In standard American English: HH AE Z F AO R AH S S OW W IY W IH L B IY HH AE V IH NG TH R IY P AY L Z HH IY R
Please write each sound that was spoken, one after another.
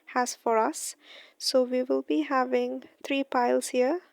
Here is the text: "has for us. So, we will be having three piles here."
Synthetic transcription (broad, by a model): HH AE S F AO R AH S S OW W IY W IH L B IY HH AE V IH NG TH R IY P AY L S HH IY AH